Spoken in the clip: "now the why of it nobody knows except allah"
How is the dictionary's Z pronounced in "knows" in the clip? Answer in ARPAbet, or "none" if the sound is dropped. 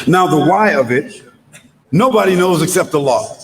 Z